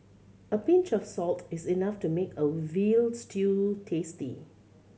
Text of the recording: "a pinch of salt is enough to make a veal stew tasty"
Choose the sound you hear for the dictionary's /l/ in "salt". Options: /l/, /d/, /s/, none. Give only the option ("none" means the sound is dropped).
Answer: /l/